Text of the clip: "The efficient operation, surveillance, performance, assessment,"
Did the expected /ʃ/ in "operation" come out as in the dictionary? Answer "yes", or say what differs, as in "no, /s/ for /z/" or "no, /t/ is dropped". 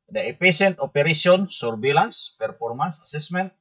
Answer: no, /s/ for /ʃ/